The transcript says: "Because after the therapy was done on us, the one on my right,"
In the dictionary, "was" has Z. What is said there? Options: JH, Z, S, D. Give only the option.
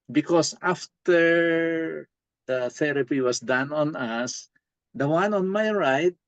S